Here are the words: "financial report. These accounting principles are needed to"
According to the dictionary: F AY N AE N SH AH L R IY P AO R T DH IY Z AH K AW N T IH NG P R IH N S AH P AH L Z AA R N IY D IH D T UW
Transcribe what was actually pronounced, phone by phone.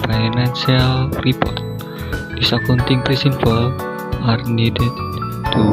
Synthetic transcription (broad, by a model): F AY N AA N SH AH L R IY P AO R T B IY S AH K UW N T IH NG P R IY S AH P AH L AA R N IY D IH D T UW